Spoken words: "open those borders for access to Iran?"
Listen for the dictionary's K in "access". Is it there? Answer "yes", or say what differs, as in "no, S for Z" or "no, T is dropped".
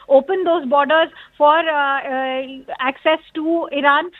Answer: yes